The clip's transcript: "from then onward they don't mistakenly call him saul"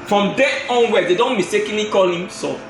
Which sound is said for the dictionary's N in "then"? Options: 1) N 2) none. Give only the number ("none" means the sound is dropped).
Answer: 2